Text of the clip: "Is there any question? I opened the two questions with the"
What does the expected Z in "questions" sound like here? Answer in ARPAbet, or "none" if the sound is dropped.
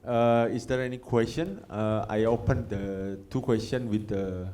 none